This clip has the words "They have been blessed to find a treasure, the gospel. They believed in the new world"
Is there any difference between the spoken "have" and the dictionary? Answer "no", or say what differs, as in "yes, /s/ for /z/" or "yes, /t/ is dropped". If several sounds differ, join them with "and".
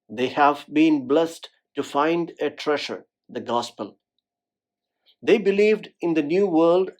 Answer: no